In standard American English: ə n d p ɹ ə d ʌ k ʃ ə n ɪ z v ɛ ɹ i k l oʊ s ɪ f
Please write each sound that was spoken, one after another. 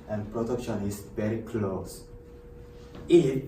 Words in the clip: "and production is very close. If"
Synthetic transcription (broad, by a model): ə n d p ɹ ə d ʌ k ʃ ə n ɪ s v ɛ ɹ i k l oʊ s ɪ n